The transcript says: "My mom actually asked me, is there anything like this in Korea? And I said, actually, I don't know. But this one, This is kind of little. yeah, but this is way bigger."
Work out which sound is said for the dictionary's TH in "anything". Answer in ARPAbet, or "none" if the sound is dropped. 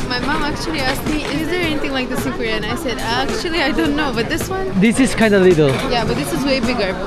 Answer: T